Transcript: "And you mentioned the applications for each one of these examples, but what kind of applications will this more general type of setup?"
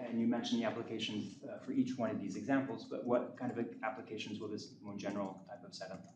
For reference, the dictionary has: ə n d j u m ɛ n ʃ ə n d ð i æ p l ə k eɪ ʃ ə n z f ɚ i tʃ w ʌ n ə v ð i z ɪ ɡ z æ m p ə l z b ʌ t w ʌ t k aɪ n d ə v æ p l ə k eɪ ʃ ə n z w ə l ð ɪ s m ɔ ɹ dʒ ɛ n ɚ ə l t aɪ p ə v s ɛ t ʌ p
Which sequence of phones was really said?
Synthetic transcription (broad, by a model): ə n j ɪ m ɛ n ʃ n ð i æ p l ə k eɪ ʃ n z f ɚ i tʃ w ʌ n ə v ð i z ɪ ɡ z æ m p l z b ʌ t w ʌ t k aɪ n d ə v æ p l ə k eɪ ʃ n z w ə l ð ɪ s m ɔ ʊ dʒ ɛ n ɚ l t aɪ p ə v s ɛ t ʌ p